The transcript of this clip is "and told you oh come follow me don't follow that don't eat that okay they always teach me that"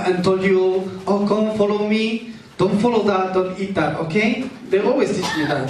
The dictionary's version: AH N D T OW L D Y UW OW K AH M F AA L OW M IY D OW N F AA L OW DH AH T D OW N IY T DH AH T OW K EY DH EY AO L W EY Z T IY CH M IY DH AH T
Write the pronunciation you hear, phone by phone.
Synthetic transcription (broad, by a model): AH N T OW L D Y UW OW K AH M F AA L OW M IY D OW N F AA L OW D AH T D OW N IY T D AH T OW K EY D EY AO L W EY S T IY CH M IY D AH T